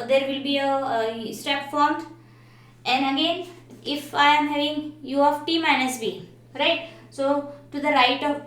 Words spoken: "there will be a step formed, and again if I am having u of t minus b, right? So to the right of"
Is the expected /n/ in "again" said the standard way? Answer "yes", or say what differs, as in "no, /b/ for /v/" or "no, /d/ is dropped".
yes